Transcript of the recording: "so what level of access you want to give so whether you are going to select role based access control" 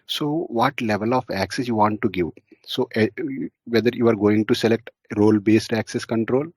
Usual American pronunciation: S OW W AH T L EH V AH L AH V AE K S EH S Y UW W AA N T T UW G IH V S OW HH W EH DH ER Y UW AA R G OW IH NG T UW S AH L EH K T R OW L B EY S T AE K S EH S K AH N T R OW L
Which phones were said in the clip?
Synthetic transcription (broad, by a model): S OW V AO T L EH V AH L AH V AE K S EH S Y UW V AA N T T UW G IH V S OW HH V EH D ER Y UW AA R G OW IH NG T UW S AH L EH K T R OW L B EY S T AE K S EH S K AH N T R OW L